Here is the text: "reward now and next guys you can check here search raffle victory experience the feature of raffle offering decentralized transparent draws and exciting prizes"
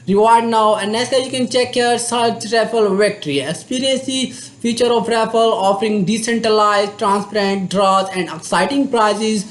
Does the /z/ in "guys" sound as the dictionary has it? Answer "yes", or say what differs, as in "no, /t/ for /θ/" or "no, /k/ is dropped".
no, /z/ is dropped